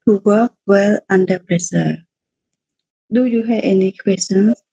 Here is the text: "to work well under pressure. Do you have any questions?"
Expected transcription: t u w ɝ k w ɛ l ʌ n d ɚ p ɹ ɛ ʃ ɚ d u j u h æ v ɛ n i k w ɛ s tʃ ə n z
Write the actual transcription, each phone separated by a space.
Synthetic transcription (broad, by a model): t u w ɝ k w ɛ l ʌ n d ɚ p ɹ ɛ s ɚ d u j u h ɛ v ɛ n i k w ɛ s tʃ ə n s